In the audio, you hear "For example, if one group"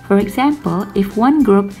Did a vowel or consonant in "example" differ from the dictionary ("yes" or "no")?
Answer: no